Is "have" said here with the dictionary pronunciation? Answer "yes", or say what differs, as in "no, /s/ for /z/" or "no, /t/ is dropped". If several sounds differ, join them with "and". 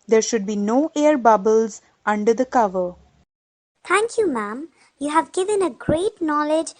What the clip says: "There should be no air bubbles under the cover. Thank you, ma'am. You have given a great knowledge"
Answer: yes